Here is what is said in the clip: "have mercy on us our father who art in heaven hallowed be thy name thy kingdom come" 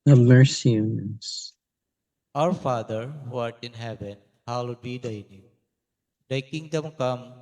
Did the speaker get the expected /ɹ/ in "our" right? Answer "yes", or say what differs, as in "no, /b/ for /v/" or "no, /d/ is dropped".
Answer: yes